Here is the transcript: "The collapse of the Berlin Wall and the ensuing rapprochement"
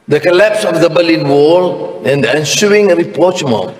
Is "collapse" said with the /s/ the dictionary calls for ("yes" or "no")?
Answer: yes